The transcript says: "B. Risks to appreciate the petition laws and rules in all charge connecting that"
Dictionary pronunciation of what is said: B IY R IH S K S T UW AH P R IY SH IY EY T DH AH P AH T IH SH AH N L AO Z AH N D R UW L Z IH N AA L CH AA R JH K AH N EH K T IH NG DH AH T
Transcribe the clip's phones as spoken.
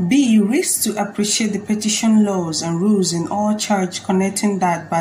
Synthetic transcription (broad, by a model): B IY R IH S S T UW AH P R IY SH IY EY T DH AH P AH T IH SH AH N L AO Z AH N R UW L Z IH N AA L CH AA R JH K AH N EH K T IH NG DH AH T